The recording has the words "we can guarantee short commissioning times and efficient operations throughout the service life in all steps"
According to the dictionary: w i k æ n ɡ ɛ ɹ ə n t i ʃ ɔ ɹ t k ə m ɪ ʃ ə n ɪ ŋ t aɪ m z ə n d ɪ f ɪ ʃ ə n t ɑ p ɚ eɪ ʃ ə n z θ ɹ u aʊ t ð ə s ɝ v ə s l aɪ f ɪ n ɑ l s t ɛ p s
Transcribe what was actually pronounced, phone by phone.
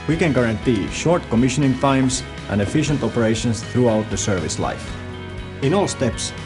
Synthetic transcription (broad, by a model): w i k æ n ɡ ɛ ɹ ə n t i ʃ ɔ ɹ t k ə m ɪ ʃ ə n ɪ ŋ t aɪ m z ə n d ɪ f ɪ ʃ ə n t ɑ p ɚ eɪ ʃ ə n s θ ɹ u aʊ t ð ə s ɝ v ə s l aɪ f ɪ n ɑ l s t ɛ p s